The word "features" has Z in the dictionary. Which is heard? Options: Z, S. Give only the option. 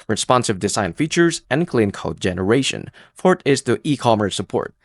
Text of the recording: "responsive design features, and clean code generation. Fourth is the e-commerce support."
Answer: Z